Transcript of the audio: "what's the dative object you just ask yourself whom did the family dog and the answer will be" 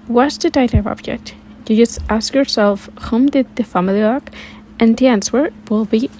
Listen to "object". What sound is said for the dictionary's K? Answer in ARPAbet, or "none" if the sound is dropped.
K